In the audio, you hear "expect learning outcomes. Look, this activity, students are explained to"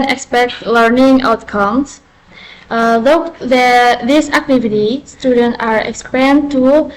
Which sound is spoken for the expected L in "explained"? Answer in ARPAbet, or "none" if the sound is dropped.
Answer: none